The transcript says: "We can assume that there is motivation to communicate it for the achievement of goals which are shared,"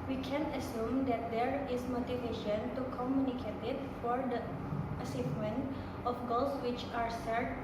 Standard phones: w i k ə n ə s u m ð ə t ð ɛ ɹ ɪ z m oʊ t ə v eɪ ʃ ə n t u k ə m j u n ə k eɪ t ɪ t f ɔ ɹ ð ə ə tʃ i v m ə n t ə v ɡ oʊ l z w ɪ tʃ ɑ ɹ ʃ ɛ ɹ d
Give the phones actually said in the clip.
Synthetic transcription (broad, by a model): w i k ə n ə s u m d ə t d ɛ ɹ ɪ s m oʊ t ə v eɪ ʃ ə n t u k ə m j u n ə k eɪ t ɪ t f ɔ ɹ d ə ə s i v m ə n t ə f ɡ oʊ l s w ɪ tʃ ɑ ɹ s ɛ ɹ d